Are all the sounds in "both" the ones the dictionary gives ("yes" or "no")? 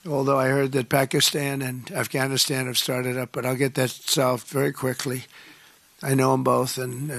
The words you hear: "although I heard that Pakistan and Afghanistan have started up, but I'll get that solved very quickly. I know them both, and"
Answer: yes